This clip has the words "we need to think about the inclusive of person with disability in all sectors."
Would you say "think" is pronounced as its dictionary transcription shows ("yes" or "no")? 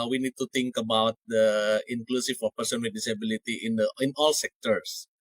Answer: no